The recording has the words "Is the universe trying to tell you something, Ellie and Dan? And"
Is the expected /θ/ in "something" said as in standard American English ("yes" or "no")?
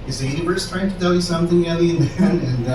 yes